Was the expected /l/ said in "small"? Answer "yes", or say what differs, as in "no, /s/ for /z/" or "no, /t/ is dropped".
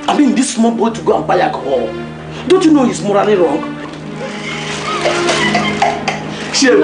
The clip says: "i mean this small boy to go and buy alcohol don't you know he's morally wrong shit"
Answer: no, /n/ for /l/